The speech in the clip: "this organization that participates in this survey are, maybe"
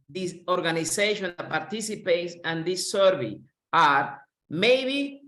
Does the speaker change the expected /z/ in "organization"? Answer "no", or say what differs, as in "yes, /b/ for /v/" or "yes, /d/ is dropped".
yes, /s/ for /z/